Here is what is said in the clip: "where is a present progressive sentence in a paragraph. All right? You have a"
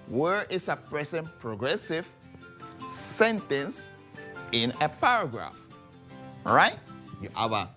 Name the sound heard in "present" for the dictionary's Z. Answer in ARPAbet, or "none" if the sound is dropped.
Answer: S